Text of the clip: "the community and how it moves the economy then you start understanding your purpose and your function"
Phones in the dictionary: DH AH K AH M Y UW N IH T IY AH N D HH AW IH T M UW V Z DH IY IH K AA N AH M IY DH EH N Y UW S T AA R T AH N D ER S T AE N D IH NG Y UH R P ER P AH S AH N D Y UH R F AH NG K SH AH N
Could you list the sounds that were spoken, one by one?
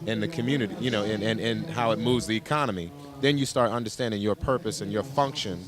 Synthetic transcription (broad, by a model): DH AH K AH M Y UW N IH T IY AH N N HH AW IH T M UW V Z DH IY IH K AA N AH M IY DH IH N Y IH S T AA R T AH N D ER S T AE N D IH NG Y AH R P ER P AH S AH N Y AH R F AH NG K SH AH N